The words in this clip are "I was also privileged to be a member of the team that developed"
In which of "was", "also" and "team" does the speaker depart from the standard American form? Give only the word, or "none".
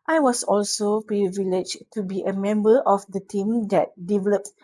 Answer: was